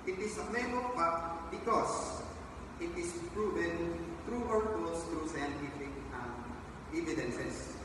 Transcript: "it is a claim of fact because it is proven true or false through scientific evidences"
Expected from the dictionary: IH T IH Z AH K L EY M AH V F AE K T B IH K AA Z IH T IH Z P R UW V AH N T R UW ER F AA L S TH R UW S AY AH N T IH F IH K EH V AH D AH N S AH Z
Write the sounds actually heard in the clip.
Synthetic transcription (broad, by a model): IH T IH S AH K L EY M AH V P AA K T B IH K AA S IH T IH S P R UW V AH N T R UW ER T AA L S T R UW S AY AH N T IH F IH K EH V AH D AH N S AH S